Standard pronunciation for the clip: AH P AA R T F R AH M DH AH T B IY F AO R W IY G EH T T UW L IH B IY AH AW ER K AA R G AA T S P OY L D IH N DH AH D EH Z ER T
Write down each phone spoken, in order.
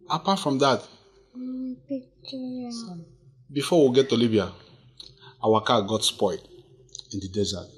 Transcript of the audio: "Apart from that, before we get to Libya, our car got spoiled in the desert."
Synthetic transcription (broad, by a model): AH P AA T F R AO M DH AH T B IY F AO W IY G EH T T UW L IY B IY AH AW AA K AA G AA T S P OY D IH N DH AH D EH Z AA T